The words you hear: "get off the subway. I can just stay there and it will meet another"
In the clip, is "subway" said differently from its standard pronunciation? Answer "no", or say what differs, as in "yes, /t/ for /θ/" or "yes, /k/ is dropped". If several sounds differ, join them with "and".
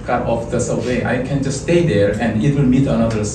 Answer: yes, /b/ is dropped